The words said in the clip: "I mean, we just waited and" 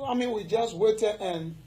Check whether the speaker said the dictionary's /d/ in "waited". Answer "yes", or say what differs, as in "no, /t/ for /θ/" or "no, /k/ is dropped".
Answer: no, /d/ is dropped